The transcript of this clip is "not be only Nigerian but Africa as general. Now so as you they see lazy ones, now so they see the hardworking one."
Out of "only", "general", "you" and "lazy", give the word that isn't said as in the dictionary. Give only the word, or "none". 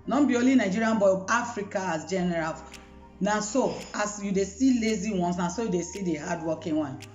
only